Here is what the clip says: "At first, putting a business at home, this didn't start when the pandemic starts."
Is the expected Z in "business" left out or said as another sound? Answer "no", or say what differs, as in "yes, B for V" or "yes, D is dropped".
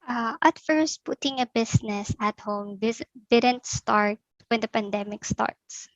yes, S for Z